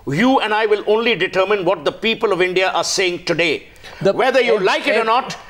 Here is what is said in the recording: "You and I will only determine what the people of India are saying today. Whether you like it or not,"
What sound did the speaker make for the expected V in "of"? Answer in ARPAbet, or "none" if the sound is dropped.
V